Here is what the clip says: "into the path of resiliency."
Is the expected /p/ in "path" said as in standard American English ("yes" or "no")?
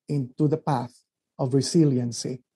yes